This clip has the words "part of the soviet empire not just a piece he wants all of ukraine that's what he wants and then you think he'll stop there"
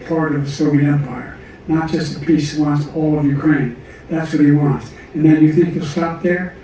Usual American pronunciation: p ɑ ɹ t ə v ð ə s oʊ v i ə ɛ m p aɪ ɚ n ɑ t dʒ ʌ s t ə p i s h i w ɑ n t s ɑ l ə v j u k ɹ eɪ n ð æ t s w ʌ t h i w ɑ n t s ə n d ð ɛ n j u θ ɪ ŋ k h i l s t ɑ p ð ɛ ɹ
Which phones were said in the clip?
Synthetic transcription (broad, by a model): p ɑ ɹ t ə v ð ə s oʊ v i ɛ m p aɪ ɚ n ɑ t dʒ ʌ s t ə p i s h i w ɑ n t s ɑ l ə v j u k ɹ eɪ n ð æ t s w ʌ t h i w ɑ n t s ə n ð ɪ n j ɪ θ ɪ ŋ k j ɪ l s t ɑ p ð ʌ ɹ